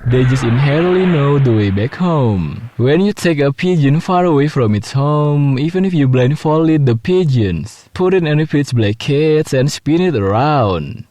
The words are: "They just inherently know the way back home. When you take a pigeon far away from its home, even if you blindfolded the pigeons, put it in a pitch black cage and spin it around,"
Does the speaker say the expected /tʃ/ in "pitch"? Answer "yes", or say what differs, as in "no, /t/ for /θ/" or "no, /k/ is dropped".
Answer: no, /s/ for /tʃ/